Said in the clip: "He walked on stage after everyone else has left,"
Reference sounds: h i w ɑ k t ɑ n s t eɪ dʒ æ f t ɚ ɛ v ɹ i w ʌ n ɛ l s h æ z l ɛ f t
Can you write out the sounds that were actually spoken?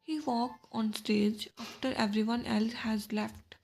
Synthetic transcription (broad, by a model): h i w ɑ k ɑ n s t eɪ dʒ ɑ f t ɚ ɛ v ɹ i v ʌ n ɛ l s h æ z l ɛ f t